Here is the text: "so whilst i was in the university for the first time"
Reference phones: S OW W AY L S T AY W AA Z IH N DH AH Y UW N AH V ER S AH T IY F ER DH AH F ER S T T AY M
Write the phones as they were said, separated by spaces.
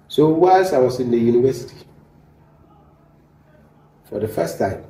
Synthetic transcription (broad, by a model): S OW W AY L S AY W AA S IH N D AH Y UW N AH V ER S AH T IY F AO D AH F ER S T T AY M